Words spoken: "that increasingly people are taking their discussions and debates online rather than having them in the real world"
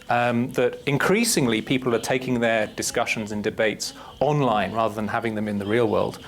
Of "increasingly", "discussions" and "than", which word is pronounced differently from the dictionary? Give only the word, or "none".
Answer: none